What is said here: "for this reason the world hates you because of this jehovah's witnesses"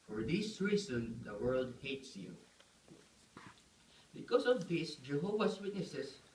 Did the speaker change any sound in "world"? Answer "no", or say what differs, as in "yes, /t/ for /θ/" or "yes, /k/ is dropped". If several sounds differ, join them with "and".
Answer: no